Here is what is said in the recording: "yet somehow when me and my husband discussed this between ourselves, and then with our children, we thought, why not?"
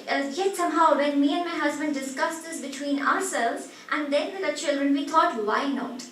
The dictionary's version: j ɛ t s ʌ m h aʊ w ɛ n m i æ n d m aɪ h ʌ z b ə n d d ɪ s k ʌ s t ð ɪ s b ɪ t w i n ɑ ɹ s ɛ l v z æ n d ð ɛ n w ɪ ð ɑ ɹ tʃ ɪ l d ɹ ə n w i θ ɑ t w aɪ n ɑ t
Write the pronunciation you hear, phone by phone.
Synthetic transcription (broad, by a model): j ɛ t s ʌ m h aʊ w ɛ n m i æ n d m aɪ h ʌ z b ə n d d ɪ s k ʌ s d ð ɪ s b ɪ t w i n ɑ ɹ s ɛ l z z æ n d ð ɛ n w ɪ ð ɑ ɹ tʃ ɪ l d ɹ ə n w i t ɑ t w aɪ n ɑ t